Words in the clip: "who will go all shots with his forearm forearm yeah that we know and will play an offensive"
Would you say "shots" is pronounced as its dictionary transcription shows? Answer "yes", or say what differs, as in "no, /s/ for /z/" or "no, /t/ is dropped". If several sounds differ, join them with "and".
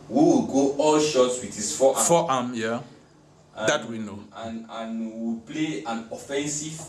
yes